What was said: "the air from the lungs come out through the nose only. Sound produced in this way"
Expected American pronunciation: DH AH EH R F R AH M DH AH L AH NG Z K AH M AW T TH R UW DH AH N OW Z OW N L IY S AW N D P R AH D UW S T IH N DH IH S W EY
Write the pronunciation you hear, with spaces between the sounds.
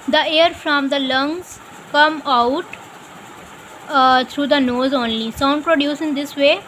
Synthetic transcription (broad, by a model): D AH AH R F R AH M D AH L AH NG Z K AH M AW T T R UW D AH N OW Z OW N L IY S AW N D P R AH D UW S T IH N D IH S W EY